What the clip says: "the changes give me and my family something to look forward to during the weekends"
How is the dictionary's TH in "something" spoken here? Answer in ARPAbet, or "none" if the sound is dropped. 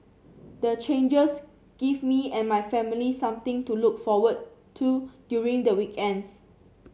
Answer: T